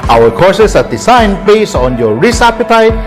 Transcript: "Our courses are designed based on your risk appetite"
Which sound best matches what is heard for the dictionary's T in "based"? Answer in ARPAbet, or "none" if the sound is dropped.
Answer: none